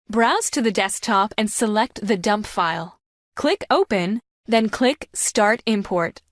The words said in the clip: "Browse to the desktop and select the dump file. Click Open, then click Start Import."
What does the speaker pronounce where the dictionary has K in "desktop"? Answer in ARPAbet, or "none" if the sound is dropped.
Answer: K